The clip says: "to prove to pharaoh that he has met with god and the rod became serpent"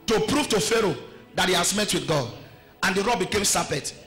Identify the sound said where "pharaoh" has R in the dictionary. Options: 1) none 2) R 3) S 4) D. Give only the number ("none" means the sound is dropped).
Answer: 2